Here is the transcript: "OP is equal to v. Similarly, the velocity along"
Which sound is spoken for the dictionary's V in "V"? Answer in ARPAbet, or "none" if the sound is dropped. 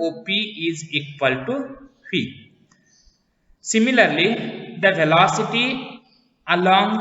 F